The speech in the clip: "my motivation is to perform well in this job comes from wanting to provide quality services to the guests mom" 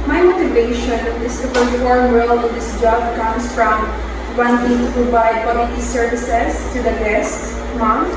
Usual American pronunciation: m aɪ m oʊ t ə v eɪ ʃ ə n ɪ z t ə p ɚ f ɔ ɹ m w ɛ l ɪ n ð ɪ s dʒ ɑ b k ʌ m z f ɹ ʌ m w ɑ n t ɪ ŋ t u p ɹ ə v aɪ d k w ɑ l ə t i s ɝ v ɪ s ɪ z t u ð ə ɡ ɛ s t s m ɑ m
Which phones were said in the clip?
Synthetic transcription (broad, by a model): m aɪ m oʊ t ə v eɪ ʃ ə n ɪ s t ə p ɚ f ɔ ɹ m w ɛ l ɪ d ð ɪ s dʒ ɑ b k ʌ m s f ɹ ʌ m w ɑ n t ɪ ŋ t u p ɹ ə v aɪ d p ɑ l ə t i s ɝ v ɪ s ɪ s t u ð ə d ɛ s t m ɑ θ